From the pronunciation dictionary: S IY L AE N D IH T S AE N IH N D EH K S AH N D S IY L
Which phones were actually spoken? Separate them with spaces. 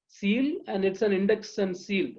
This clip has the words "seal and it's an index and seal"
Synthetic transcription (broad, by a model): S IY L AE N D IH T S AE N IH N D EH K S AH N D S IY L